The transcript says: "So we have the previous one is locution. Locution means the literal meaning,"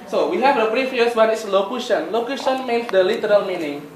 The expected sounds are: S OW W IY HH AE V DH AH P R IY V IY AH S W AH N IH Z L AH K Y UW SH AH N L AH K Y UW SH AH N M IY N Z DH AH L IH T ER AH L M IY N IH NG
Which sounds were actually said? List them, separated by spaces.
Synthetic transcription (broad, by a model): S OW W IY HH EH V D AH B R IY F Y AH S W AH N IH S L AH K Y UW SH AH N L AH K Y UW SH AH N M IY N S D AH L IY T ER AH L M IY N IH NG